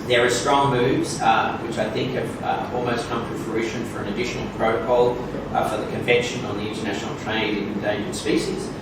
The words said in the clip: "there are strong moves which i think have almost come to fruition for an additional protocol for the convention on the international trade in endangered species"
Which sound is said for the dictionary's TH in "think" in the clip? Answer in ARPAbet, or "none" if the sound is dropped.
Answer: TH